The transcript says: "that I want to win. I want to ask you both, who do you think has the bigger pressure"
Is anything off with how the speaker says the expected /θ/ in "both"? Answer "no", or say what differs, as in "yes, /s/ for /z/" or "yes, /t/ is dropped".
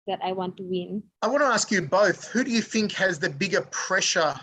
no